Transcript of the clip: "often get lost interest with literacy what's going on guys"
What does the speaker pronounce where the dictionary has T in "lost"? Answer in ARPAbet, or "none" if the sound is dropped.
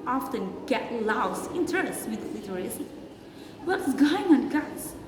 none